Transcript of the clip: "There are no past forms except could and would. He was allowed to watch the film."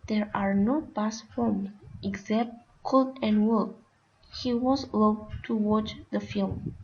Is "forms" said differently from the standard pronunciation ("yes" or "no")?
yes